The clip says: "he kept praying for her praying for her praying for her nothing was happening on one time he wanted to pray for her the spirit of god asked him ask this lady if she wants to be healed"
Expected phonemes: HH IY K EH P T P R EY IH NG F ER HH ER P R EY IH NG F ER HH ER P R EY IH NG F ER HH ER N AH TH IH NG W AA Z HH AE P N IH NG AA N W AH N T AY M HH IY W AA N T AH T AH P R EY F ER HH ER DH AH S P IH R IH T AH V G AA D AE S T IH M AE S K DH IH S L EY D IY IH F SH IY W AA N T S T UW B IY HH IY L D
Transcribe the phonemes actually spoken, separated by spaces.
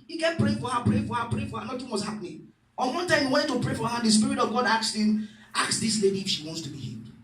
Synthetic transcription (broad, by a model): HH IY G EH T P R EY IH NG F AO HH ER P R EY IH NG F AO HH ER P R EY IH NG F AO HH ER N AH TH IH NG W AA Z HH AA P N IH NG AA N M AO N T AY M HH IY W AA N T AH P R EY F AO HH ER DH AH S P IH R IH T AH V G AA D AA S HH IH M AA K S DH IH S L EY D IY F SH IY W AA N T S T UW B IY HH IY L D